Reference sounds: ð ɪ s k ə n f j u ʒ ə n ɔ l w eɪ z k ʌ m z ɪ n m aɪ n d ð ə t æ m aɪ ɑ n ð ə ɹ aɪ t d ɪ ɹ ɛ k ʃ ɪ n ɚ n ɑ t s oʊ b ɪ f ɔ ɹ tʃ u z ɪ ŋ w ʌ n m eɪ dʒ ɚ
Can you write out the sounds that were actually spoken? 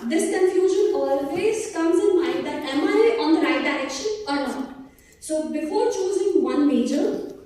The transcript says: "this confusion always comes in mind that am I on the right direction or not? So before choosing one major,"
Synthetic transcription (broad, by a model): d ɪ s k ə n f j u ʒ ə n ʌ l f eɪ s k ʌ m z ɪ n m aɪ d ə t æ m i ɑ n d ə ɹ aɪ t d ɪ ɹ ɛ k ʃ ɪ n ɚ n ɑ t s oʊ b ɪ f ɔ ɹ tʃ u z ɪ ŋ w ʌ n m eɪ dʒ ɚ